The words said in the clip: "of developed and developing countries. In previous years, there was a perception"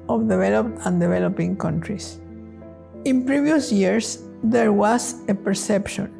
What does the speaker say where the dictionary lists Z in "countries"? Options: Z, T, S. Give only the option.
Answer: S